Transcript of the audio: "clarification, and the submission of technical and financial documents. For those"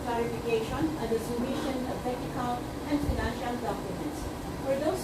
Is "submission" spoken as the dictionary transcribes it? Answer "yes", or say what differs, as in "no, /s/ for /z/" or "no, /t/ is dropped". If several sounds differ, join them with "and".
no, /b/ is dropped